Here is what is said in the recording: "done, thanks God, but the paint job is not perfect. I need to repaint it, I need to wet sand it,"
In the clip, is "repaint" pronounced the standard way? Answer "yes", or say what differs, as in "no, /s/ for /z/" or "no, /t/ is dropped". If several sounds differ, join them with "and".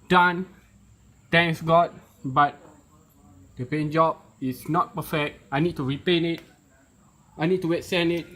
no, /t/ is dropped